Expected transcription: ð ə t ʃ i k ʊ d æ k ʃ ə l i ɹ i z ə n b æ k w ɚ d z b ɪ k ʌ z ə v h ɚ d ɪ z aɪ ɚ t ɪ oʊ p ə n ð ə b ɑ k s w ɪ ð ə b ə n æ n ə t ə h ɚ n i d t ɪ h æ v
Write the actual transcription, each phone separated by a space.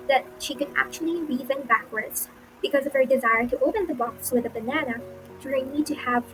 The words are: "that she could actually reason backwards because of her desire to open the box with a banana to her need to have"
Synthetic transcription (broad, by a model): ð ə t ʃ i k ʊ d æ k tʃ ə l i ɹ i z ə n b æ k w ɚ d z b ɪ k ʌ z ə v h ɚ d ɪ z aɪ ɚ t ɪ oʊ p ə n ð ə b ɑ k s w ɪ ð ə b ə n æ n ə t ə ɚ n i d t ɪ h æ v